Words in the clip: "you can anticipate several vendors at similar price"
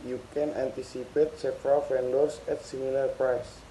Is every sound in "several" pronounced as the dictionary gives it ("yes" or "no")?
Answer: no